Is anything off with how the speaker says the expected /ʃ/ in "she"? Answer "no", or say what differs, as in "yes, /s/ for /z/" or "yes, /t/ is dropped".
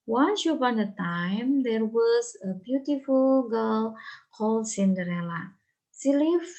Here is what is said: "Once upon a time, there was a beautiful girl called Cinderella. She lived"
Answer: yes, /s/ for /ʃ/